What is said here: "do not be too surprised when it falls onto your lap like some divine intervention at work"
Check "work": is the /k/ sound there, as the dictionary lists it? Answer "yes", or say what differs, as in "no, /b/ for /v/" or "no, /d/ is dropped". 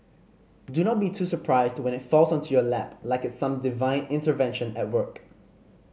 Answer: yes